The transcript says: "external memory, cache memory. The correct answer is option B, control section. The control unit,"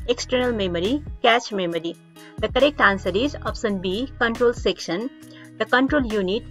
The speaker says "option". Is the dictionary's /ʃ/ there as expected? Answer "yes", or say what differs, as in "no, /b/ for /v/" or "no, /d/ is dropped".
no, /s/ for /ʃ/